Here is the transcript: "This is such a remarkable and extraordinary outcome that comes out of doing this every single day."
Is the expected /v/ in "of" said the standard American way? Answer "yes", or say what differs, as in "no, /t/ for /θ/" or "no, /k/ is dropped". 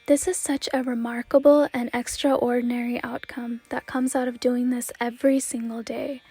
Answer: yes